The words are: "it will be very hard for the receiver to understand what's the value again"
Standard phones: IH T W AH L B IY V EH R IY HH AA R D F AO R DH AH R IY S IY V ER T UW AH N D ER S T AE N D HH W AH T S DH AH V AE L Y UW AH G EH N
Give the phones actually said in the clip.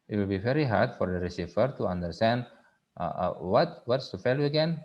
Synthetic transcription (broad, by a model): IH T W AH L B IY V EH R IY HH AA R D F AO R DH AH R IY S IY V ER T UW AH N D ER S T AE N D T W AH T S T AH F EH L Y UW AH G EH N